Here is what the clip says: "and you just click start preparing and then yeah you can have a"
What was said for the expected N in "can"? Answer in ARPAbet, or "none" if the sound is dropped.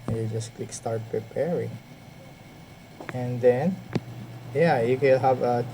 L